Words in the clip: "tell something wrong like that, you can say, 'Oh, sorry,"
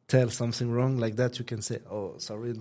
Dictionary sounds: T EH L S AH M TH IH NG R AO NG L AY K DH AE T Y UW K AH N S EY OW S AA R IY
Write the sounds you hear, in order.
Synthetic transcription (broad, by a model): T EH L S AH M TH IH NG R AO NG L AY K DH AE T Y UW K AH N S EY OW S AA R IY